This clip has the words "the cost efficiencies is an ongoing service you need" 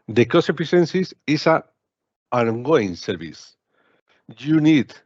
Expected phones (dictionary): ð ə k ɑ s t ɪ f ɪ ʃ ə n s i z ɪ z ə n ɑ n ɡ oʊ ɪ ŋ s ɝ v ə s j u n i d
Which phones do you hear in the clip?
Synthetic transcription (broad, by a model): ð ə k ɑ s ɪ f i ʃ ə n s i s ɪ s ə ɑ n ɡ oʊ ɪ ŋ s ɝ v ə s j u n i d